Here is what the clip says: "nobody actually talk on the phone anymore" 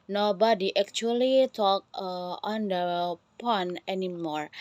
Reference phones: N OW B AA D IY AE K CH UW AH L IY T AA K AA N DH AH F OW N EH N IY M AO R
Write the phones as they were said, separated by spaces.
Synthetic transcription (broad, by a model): N OW B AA D IY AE K CH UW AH L IY T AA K AA N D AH P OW N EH N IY M AO R